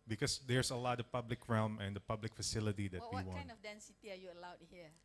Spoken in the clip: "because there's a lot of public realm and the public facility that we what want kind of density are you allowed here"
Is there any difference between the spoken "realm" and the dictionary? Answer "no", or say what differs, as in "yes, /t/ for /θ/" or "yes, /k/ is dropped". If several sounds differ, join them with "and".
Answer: no